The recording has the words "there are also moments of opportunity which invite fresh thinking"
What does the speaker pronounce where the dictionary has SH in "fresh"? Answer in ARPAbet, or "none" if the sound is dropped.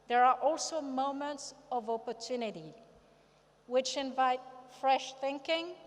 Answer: SH